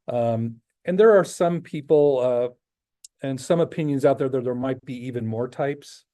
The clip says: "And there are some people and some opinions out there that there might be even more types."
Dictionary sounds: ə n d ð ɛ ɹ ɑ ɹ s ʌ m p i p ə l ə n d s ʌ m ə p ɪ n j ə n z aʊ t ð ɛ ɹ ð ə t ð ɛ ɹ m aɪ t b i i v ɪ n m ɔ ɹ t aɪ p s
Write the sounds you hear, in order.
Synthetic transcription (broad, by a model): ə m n ð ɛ ɹ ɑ ɹ s ʌ m p i p l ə n s ʌ m ə p ɪ n j ə n z aʊ t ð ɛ ɹ ð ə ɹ ð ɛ ɹ m aɪ t b i i v ɪ n m ɔ ɹ t aɪ p s